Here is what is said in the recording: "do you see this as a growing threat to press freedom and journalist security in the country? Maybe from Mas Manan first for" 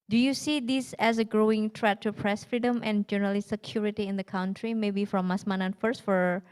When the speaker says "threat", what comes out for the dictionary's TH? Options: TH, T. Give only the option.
T